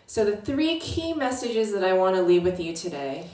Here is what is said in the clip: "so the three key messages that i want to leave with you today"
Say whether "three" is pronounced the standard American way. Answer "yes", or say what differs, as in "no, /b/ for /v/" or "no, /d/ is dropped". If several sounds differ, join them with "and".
yes